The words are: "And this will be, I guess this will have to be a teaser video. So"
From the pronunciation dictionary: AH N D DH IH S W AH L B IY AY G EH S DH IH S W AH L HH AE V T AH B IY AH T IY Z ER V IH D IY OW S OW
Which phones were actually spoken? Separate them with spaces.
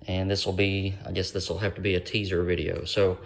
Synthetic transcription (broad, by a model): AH N DH IH S W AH L B IY AY G EH S DH IH S W AH L HH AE F T AH B IY AH T IY Z ER V IH D IY OW S OW